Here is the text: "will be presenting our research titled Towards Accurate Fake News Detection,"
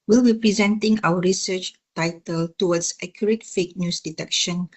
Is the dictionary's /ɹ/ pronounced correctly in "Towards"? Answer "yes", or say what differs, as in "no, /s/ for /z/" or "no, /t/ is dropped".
no, /w/ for /ɹ/